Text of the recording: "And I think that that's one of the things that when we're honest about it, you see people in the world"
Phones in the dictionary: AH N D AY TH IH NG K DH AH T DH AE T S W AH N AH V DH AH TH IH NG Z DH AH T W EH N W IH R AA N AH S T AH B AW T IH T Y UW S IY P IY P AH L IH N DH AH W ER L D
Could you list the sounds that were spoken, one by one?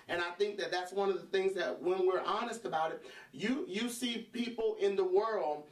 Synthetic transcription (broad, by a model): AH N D AY TH IH NG K DH AH T DH AE T S W AH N AH V DH AH TH IH NG Z DH AH T W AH N W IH R AA N AH S T AH B AW T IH T Y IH S IY P IY P L IH N DH AH W ER L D